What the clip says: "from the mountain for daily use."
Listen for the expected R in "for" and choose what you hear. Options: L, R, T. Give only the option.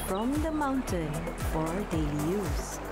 R